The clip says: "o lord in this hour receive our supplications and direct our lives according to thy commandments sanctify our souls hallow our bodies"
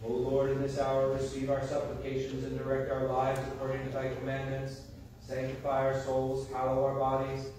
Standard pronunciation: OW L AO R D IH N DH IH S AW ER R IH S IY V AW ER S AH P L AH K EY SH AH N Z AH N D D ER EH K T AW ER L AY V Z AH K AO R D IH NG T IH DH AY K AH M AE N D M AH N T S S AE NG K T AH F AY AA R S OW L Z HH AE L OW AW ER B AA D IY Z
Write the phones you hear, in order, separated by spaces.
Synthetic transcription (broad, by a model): OW L AO R D IH N DH IH S AW ER R IH S IY V AW ER S AH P L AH K EY SH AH N Z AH N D D ER EH K T AW ER L AY V Z AH K AO R D IH NG T IH DH AY K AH M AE N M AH N T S S AE NG K T AH F AY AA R S OW L Z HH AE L OW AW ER B AA D IY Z